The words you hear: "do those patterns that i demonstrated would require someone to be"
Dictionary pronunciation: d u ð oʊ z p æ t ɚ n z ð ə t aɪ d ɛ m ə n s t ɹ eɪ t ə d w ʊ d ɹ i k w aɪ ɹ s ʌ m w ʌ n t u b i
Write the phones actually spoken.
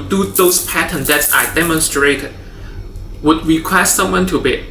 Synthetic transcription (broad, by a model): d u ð oʊ s p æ t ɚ n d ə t aɪ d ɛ m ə n s t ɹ eɪ t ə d w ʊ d ɹ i k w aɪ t s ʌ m w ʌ n t u b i